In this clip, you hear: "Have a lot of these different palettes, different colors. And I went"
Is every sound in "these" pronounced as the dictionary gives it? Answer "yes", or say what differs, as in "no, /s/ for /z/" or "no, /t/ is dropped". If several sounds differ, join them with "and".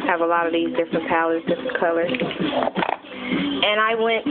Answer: yes